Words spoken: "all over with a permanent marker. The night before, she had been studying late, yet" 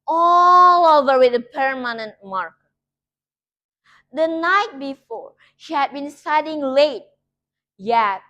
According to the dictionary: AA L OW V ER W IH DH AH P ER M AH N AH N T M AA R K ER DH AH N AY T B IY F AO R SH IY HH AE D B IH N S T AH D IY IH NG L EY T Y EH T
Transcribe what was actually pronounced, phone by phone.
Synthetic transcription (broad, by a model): AA L OW V ER W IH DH AH P ER M AH N AH N T M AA R K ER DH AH N AY T B IY F AO R SH IY HH AE D B IH N S T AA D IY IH NG L EY T Y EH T